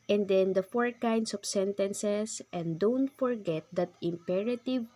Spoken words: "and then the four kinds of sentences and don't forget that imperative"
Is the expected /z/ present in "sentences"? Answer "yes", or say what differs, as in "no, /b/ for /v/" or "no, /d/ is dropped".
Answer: no, /s/ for /z/